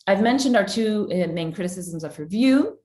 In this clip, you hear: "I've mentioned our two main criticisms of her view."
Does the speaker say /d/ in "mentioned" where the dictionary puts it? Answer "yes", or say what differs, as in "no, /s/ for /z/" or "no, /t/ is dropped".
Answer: yes